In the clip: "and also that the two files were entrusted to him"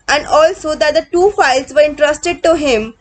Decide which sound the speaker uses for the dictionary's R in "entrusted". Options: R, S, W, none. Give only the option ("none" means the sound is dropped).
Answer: R